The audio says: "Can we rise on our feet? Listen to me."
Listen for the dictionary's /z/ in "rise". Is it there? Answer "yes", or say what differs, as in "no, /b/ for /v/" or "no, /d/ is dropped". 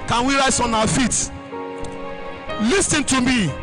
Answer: no, /s/ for /z/